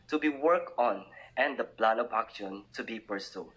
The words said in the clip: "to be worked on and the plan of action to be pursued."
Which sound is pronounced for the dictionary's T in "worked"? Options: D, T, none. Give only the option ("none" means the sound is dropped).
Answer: none